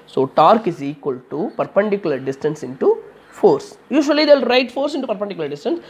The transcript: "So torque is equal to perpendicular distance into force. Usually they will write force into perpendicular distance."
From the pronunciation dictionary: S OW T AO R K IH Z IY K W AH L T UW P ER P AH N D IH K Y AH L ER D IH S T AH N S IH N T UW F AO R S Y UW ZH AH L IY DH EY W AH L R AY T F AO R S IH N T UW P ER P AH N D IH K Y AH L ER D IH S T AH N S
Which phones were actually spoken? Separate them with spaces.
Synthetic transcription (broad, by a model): S OW T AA R K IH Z IY K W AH L T UW P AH P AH N D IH K Y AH L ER D IH S T AH N S IH N T UW F AO R S Y UW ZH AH IY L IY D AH L R AY T F AO R S IH N T UW P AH P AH N D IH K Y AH L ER D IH S T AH N S